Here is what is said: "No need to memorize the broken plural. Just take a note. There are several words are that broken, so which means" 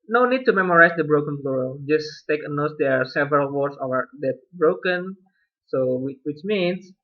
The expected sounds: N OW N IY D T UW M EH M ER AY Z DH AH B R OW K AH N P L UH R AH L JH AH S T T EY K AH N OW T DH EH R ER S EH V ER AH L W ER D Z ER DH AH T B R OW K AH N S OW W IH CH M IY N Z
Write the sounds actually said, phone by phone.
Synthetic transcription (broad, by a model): N OW N IY D T UW M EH M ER AY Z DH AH B R OW K AH N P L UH R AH JH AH S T T EY K AH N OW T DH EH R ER S EH V ER AH L W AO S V ER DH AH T B R OW K AH N S OW W IH CH M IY N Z